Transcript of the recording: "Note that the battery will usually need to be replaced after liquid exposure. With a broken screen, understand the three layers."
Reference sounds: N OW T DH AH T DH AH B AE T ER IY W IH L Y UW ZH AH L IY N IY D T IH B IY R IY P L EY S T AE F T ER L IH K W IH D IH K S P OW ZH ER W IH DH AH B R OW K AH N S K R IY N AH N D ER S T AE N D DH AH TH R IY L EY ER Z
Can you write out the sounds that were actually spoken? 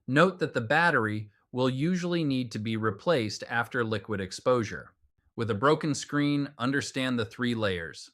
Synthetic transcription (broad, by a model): N OW T DH AH T DH AH B AE T ER IY W IH L Y UW ZH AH L IY N IY D T IH B IY R IY P L EY S T AE F T ER L IH K W IH D IH K S P OW ZH ER W IH DH AH B R OW K AH N S K R IY N AH N D ER S T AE N DH AH TH R IY L EY ER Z